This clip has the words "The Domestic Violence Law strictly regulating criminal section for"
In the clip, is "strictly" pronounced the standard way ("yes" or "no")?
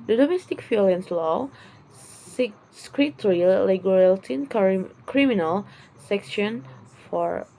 no